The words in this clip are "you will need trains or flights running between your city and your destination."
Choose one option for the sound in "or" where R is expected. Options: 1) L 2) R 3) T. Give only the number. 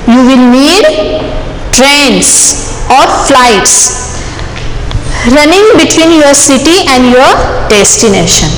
2